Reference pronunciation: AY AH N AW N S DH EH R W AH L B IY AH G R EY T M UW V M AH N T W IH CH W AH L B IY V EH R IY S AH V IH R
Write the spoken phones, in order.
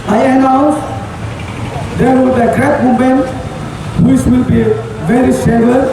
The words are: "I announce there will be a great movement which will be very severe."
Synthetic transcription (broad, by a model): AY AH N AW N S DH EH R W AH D AH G R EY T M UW M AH N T W IH CH W AH L B IY V EH R IY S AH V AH